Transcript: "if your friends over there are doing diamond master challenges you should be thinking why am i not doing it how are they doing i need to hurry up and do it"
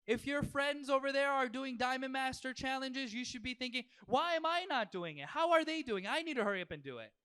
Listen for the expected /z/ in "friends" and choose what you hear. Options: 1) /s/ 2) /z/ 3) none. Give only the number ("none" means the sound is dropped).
2